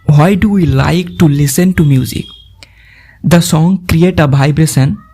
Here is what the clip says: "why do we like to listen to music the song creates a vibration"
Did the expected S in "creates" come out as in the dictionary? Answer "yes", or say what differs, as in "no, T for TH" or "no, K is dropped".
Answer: no, S is dropped